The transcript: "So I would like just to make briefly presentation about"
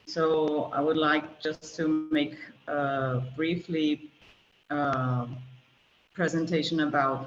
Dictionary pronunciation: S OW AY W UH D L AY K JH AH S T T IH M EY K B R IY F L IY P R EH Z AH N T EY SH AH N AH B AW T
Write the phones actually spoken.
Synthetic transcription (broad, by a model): S OW AY W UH D L AY K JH AH S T T IH M EY K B R IY F L IY P R EH Z AH N T EY SH AH N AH B AW T